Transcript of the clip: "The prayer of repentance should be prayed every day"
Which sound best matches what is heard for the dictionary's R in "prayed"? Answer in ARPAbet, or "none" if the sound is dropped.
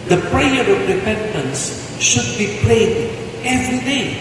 L